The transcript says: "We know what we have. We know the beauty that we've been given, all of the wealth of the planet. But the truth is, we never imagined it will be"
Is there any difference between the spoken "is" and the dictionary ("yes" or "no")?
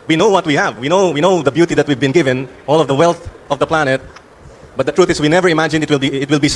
yes